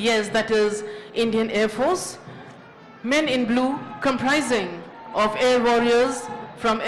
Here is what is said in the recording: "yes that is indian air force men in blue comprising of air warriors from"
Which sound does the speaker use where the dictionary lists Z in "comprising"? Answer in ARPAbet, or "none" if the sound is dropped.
Z